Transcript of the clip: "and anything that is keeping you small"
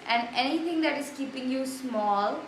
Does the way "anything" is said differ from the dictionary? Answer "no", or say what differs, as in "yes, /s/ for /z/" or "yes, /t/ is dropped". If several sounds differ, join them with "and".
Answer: yes, /t/ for /θ/